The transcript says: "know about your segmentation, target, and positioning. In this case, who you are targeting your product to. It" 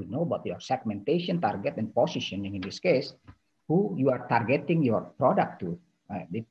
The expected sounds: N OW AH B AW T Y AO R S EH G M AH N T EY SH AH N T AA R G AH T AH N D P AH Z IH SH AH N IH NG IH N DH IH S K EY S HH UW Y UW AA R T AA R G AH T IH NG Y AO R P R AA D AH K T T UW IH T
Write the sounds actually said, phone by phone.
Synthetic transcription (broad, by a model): N OW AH B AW T Y AO R S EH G M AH N T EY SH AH N T AA R G AH T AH N P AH S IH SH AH N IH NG IH N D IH S K EY S HH UW Y UW AA R T AA R G AH T IH NG Y AO R P R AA D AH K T T UW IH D